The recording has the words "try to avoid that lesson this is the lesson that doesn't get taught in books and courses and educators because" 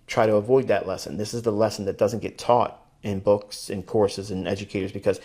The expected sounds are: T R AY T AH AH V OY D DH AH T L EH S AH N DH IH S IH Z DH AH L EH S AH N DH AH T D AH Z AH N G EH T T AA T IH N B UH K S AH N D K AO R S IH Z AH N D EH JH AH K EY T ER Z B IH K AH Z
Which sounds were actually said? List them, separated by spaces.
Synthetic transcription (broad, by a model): T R AY T AH AH V OY D DH AH T L EH S AH N DH IH S IH Z DH AH L EH S N DH AH T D AH Z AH N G EH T T AA T IH N B UH K S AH N K AO R S IH Z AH N EH JH AH K EY T ER Z B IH K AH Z